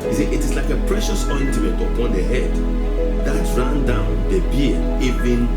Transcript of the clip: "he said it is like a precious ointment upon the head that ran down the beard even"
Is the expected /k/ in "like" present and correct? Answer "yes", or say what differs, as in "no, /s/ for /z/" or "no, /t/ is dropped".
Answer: yes